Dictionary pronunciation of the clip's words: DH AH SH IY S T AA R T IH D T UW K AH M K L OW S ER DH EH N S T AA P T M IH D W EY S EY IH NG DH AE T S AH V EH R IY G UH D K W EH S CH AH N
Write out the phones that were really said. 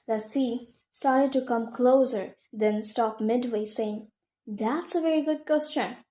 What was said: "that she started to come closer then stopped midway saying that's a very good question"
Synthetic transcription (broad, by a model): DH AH S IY S T AA R T IH D T UW K AH M K L OW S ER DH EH N S T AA P M IH D W EY S EY IH NG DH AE T S AH V EH R IY G UH D K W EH S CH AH N